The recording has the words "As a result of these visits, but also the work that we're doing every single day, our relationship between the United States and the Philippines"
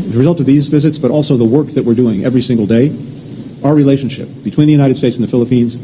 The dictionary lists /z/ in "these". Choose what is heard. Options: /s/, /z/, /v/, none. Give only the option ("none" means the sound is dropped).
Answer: /z/